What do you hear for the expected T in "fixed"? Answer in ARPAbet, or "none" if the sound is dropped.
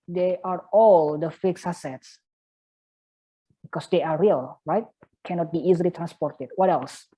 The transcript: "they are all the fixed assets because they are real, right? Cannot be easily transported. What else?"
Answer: none